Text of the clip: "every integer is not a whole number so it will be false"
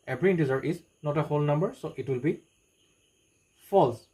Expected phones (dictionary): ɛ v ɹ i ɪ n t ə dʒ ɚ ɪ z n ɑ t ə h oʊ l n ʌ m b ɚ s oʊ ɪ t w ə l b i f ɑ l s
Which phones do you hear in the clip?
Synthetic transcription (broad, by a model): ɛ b ɹ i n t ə z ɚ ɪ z n ɑ t ə h oʊ l n ʌ m b ɚ s oʊ ɪ t w ə l b i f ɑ l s